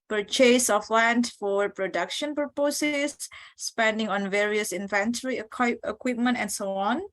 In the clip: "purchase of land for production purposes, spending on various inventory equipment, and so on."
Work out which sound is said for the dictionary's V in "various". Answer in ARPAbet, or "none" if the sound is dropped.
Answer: V